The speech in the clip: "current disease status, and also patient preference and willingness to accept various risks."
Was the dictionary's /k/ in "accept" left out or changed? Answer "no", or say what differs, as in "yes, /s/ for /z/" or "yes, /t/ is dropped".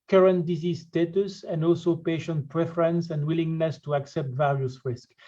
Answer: no